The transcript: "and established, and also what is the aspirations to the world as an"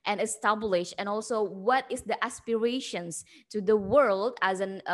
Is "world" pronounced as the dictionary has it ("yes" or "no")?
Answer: yes